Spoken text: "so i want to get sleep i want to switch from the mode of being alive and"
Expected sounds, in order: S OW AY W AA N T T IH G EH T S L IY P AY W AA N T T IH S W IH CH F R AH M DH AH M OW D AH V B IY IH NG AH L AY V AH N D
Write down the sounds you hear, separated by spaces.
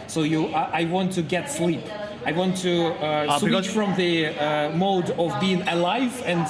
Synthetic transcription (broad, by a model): S OW AY W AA N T T IH G EH T S L IY P AY W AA N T T IH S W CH F R AH M DH AH M OW D AH V B IY IH NG AH L AY V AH N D